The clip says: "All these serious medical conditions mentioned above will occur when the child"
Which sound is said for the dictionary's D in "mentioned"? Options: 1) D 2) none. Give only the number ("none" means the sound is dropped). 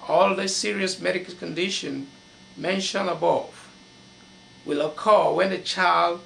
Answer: 2